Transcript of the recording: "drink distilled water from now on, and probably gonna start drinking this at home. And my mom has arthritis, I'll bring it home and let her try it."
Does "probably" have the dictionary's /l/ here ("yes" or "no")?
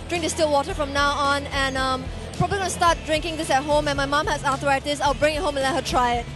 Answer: no